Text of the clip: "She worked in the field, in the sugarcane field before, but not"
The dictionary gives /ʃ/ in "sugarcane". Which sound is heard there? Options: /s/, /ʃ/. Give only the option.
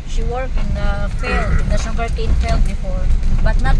/s/